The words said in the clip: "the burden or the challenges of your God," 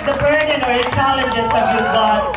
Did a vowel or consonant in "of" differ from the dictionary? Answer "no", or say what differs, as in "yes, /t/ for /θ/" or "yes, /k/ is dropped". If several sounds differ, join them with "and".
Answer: yes, /b/ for /v/